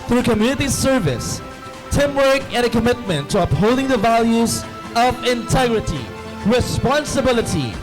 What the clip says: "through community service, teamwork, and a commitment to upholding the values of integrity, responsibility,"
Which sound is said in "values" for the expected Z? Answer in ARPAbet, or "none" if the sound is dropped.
Z